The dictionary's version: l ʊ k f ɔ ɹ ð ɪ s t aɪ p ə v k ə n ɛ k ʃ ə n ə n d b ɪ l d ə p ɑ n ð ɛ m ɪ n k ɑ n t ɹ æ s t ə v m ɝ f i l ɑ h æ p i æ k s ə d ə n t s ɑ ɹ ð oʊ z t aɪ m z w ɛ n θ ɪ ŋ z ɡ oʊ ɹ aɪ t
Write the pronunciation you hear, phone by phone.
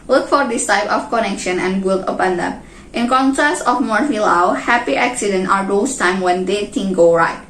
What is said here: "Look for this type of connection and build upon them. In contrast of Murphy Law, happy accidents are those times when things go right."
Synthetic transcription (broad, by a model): l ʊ k f ɔ ɹ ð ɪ s t aɪ p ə f k ə n ɛ k ʃ ə n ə n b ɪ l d ə p ɑ n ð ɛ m ɪ n k ɑ n t ɹ æ s t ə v m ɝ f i l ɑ h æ p i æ k s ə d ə n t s ɑ ɹ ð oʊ s t aɪ m w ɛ n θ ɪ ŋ ɡ oʊ ɹ aɪ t